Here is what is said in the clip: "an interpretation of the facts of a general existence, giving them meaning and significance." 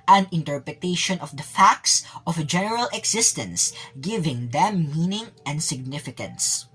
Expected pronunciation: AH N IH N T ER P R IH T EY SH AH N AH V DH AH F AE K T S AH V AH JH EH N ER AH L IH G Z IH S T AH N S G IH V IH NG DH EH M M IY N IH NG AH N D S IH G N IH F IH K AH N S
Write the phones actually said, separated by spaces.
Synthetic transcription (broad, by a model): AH N IH N T ER P R IH T EY SH AH N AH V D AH F AE K T S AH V AH JH EH N ER AH L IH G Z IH S T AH N S G IH V IH NG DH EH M M IY N IH NG AH N D S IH G N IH F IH K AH N S